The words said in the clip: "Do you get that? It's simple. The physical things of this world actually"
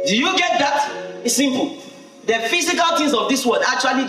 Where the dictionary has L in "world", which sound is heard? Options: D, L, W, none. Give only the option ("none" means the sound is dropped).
none